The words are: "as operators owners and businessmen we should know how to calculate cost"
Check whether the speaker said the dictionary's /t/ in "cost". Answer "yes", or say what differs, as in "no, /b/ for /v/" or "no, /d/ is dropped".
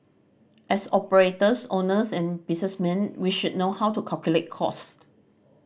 yes